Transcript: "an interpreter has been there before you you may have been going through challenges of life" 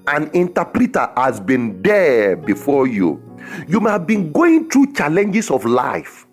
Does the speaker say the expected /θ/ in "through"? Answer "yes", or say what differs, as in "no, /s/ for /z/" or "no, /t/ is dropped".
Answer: no, /t/ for /θ/